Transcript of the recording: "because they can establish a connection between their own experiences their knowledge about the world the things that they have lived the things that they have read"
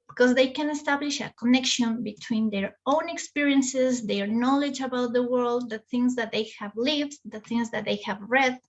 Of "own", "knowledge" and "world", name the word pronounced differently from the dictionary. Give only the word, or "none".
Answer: none